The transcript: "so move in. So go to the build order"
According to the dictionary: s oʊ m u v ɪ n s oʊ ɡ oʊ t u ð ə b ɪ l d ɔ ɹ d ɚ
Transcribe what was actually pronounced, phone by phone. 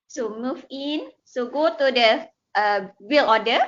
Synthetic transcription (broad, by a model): s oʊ m u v ɪ n s oʊ ɡ oʊ t u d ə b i l ɔ d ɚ